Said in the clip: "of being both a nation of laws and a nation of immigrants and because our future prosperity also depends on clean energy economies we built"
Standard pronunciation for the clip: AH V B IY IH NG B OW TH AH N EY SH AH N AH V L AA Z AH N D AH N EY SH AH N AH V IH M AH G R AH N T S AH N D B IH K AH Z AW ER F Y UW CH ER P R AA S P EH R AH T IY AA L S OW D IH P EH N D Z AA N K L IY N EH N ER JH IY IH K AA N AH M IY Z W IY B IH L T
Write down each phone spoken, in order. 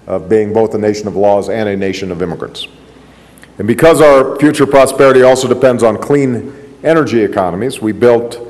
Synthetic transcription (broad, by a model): AH V B IY IH NG B OW TH AH N EY SH AH N AH V L AA Z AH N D AH N EY SH AH N AH V IH M AH G R AH N T S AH N B IH K AH Z AW ER F Y UW CH ER P R AA S P EH R AH T IY AA L S OW D IH P EH N D Z N K L IY N EH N ER JH IY IH K AA N AH M IY Z W IY B IH L T